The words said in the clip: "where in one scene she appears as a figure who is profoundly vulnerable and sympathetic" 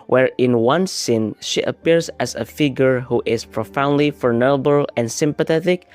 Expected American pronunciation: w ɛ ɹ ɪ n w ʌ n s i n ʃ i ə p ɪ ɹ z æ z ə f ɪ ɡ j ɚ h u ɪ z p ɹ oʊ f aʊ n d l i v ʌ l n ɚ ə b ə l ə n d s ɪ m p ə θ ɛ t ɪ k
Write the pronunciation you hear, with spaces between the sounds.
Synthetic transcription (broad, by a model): w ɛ ɹ ɪ n w ʌ n s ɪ n ʃ i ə p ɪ ɹ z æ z ə f ɪ ɡ j ɚ h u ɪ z p ɹ oʊ f aʊ n d l i f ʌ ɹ n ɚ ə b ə l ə n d s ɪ m p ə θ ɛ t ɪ k